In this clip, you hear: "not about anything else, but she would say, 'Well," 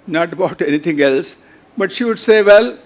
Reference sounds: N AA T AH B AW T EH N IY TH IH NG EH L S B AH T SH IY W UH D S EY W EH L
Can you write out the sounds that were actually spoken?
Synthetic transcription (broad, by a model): N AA T AH B AW T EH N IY T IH NG EH L S B AH T SH IY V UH D S EY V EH L